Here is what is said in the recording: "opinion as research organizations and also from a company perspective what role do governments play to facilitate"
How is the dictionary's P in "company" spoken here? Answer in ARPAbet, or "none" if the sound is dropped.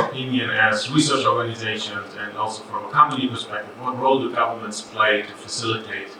none